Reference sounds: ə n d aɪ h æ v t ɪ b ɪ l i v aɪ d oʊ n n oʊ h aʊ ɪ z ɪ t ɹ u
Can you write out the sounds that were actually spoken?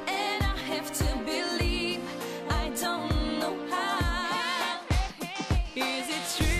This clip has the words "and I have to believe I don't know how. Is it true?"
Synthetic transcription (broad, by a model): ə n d aɪ h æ f t ɪ b ɪ l i v aɪ d oʊ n n oʊ h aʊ ɪ z ɪ t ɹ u